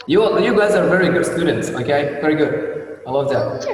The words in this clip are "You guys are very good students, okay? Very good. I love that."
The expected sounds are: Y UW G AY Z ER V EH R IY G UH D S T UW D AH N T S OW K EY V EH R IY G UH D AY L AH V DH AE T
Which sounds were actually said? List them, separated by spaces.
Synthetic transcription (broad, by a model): Y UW G AY Z ER V EH R IY G UH D S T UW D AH N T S OW K EY V EH R IY G UH D AY L AH V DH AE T